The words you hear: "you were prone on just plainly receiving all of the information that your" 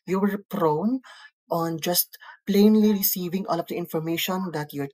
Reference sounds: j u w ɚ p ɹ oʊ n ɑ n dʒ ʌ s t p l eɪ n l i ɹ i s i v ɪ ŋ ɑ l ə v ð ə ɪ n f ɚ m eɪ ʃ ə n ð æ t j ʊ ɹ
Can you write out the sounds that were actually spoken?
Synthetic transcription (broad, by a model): j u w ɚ p ɹ oʊ n ɑ n dʒ ʌ s t p l eɪ n l i ɹ i s i v ɪ ŋ ɑ l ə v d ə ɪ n f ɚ m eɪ ʃ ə n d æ t j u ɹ